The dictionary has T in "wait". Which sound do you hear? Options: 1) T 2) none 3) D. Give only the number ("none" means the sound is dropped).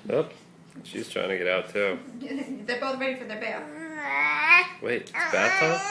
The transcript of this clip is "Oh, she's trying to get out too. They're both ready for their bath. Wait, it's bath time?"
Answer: 2